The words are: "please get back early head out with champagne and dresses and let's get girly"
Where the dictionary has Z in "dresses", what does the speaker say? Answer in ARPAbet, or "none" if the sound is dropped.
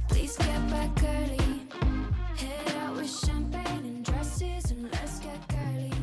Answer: Z